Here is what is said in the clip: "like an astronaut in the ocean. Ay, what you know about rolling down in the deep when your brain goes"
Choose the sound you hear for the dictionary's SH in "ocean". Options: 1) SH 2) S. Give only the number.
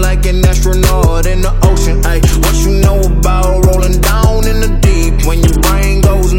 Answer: 1